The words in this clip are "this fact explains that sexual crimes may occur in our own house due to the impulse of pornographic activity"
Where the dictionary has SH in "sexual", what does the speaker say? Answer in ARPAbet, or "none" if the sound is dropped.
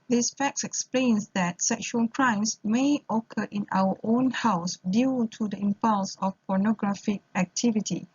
SH